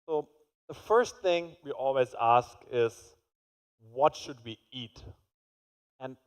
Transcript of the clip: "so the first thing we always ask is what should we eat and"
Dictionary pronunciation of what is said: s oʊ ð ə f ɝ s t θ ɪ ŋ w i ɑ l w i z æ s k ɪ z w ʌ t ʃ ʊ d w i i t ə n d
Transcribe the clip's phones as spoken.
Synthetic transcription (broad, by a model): s oʊ ð ə f ɝ s t θ ɪ ŋ w i ɑ l w i z æ s k ɪ z w ʌ t ʃ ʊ d w i i t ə n